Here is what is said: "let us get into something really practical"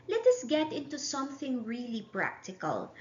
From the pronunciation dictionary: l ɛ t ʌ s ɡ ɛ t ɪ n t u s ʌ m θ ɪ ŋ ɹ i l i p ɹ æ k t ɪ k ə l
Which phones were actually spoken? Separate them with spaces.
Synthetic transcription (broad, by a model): l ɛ t ʌ s ɡ ɛ t ɪ n t u s ʌ m θ ɪ ŋ ɹ i l i p ɹ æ k t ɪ k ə l